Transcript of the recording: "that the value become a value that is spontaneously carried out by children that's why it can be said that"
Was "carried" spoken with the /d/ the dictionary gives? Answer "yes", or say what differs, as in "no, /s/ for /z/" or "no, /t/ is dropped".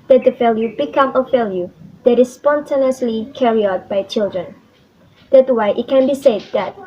no, /d/ is dropped